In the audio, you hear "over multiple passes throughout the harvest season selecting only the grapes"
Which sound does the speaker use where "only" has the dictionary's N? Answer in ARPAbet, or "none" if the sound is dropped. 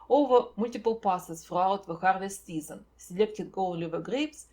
L